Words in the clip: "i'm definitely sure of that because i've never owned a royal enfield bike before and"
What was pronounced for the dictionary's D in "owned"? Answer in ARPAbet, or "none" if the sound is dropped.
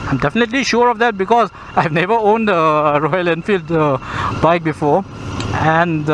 D